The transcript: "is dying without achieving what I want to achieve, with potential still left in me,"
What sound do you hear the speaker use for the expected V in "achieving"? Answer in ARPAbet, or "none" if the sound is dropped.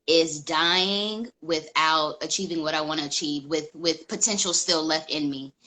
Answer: V